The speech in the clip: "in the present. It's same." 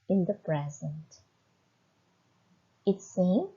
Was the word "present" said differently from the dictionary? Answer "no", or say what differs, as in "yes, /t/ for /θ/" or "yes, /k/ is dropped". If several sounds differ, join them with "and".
no